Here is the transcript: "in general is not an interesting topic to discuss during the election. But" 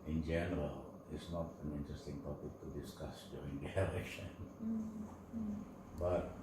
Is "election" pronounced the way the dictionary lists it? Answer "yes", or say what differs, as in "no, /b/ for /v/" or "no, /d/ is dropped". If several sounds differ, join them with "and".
no, /k/ is dropped